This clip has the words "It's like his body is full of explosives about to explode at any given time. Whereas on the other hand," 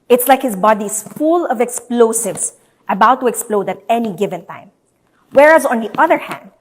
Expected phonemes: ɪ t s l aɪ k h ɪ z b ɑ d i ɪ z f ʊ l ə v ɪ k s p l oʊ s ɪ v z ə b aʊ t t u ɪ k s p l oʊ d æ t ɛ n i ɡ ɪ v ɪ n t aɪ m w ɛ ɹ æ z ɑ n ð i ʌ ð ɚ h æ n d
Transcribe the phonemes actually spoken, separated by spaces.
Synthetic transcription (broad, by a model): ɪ t s l aɪ k h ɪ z b ɑ d i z f ʊ l ə v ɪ k s p l oʊ s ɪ v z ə b aʊ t t u ɪ k s p l oʊ d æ t ɛ n i ɡ ɪ v ɪ n t aɪ m w ɛ ɹ æ z ɑ n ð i ʌ ð ɚ h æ n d